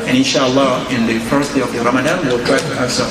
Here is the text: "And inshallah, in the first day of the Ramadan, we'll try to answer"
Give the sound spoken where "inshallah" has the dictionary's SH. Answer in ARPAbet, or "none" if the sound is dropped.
SH